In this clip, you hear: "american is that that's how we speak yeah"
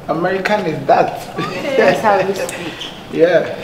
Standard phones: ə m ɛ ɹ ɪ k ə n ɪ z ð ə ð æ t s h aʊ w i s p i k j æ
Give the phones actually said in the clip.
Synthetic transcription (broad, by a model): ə m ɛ ɹ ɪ k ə n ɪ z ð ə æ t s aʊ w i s i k j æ